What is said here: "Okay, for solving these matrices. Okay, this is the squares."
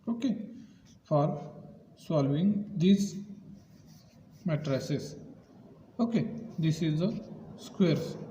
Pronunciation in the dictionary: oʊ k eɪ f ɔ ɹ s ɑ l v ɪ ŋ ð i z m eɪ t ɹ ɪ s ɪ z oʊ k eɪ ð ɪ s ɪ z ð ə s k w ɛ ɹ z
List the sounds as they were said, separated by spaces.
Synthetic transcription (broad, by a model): oʊ k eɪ f ɔ ɹ s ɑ l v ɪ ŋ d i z m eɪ t ɹ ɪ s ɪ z oʊ k eɪ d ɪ s ɪ z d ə s k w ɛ ɹ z